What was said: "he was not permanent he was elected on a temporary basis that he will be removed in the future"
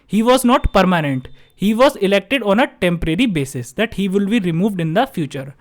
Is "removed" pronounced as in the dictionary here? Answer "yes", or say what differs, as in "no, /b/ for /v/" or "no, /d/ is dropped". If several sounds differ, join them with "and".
yes